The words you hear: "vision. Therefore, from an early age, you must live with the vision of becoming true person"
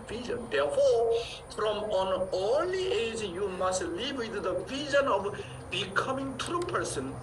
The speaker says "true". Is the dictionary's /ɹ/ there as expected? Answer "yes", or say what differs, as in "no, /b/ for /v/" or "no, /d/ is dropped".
yes